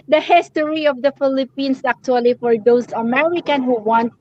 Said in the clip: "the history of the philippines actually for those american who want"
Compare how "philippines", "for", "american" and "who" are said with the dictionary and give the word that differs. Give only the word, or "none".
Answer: philippines